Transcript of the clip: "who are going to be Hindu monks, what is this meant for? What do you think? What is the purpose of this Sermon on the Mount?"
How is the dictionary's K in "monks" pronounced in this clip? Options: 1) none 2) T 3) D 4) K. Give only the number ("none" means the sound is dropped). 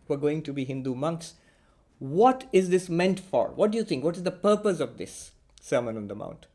4